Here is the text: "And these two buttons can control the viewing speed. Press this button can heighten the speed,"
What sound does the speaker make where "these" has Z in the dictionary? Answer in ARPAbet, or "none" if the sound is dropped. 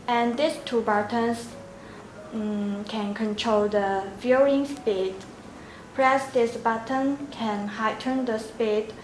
S